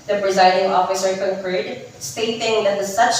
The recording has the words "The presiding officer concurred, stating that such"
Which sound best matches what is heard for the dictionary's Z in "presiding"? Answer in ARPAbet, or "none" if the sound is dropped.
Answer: Z